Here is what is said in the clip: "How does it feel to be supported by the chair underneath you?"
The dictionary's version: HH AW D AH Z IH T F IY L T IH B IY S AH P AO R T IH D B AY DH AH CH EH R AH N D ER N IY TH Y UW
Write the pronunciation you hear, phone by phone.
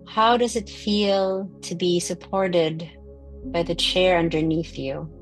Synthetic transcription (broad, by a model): HH AW D AH Z IH T F IY L T IH B IY S AH P AO R T IH D B AY DH AH CH EH R AH N D ER N IY TH Y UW